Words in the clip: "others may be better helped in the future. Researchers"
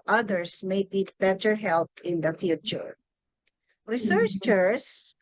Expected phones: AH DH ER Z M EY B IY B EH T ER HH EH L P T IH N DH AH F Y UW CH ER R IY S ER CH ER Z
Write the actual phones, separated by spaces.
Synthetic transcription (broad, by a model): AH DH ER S M EY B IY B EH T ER HH EH L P IH N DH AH F Y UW CH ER R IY S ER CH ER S